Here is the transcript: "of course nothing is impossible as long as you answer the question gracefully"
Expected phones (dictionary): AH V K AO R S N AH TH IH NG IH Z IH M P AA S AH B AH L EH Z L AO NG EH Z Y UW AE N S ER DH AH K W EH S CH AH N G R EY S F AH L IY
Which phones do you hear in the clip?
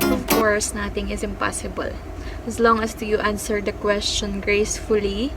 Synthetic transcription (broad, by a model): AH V K AO R S N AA T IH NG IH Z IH M P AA S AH B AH L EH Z L AO NG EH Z Y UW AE N S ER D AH K W EH S CH AH N G R EY S F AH L IY